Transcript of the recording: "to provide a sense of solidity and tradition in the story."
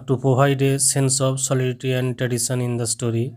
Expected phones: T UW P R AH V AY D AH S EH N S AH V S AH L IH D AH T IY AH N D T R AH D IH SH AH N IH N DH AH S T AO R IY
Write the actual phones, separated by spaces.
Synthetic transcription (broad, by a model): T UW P AH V AY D AH S EH N S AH P S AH L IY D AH T IY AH N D T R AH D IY S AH N IH N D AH S T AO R IY